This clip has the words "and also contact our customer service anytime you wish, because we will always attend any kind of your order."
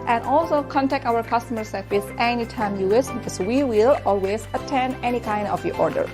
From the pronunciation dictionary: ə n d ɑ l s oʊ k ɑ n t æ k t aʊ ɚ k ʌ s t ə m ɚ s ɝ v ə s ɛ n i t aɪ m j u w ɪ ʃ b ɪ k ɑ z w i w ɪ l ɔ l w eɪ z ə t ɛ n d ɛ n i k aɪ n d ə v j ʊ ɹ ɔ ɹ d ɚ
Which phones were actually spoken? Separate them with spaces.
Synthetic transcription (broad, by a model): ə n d ɑ l s oʊ k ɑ n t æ k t aʊ ɚ k ʌ s t ə m ɚ s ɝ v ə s ɛ n i t aɪ m j u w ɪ s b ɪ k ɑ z w i w ɪ l ɔ l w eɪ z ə t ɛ n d ɛ n i k aɪ n d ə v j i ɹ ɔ ɹ d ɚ